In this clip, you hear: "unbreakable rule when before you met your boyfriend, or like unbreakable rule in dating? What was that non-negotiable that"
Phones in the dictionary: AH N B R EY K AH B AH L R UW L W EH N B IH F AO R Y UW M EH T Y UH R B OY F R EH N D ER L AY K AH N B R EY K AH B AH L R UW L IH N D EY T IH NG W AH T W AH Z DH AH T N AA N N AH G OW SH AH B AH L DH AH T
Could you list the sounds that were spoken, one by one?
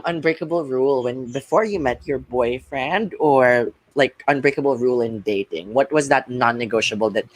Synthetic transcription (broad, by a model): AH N B R EY K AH B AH L R UW L W EH N B IH F AO R Y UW M EH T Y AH R B OY F R EH N D ER L AY K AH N B R EY K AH B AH L R UW L IH N D EY T IH NG W AH T W AH Z DH AH T N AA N N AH G OW SH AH B L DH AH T